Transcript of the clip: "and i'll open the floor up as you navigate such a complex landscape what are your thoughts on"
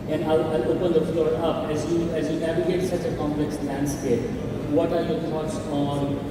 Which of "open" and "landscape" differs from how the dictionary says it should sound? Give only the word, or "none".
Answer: none